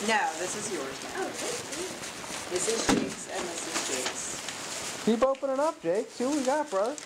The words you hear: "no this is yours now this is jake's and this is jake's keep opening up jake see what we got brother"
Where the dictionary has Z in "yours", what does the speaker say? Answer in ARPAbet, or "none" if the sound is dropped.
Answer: Z